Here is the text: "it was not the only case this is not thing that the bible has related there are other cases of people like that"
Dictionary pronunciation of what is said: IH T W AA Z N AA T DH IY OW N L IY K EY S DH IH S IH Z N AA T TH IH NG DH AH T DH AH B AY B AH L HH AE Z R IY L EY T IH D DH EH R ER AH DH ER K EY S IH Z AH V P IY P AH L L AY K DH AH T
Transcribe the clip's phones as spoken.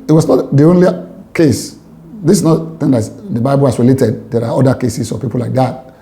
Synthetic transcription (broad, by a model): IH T W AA S N AA T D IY OW N L IY K EY S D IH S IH S N AA T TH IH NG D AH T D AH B AY B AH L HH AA S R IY L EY T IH D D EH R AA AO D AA K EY S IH S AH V P IY P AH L L AY K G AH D